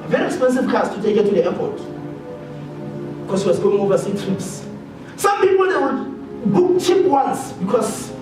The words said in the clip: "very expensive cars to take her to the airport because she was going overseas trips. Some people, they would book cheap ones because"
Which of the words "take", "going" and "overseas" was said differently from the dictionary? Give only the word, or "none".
overseas